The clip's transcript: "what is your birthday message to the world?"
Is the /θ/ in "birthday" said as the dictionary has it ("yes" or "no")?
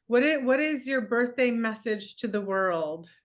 yes